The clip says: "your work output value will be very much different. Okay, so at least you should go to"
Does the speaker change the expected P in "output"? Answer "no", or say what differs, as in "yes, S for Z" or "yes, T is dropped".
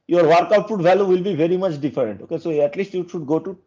yes, F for P